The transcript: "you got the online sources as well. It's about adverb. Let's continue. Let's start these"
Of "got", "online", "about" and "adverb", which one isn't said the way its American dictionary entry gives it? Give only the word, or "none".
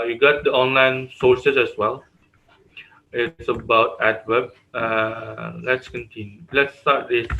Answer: adverb